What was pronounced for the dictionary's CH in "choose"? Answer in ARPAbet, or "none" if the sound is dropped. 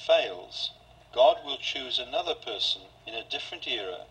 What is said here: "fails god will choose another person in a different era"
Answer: CH